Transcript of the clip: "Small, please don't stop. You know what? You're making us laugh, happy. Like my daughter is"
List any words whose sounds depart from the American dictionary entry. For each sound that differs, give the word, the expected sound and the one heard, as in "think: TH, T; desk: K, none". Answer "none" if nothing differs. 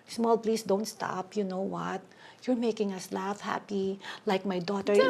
please: Z, S